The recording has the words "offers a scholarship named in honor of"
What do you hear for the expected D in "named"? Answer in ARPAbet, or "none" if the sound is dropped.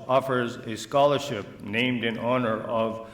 D